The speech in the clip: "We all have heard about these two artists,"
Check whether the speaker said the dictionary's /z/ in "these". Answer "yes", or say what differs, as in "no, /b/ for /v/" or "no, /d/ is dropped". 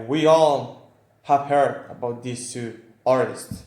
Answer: no, /s/ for /z/